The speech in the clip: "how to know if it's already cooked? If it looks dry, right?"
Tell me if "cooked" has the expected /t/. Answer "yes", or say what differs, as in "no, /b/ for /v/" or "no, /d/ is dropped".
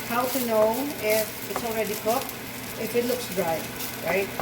no, /t/ is dropped